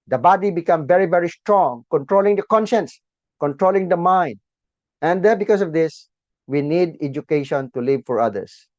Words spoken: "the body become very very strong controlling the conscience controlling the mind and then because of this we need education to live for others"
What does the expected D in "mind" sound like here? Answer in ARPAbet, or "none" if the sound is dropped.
D